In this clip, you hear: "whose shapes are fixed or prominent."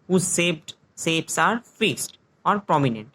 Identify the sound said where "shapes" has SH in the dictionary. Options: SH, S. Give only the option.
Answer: S